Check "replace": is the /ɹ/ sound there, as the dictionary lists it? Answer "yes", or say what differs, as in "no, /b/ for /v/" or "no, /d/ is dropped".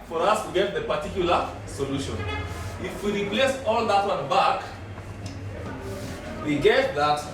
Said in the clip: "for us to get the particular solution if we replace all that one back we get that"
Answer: yes